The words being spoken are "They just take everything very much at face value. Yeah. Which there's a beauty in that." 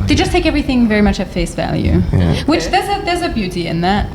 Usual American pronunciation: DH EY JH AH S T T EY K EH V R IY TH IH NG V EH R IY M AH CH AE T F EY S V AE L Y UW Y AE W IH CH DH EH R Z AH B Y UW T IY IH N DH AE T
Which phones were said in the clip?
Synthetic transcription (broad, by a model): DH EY JH AH S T T EY K EH V R IY TH IH NG V EH R IY M AH CH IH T F EY S V AE L Y UW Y W IH CH DH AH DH Z AH B Y UW T IY IH N DH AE T